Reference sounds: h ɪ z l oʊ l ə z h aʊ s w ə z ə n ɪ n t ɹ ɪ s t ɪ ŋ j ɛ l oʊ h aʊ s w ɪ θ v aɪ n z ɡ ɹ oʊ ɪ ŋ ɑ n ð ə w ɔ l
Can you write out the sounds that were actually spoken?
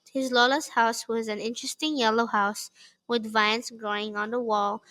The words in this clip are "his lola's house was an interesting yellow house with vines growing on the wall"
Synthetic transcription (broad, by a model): h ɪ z l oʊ l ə s h aʊ s w ə z ə n ɪ n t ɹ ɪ s t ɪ ŋ j ɛ l oʊ h aʊ s w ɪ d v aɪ n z ɡ ɹ oʊ ɪ ŋ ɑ n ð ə w ɔ l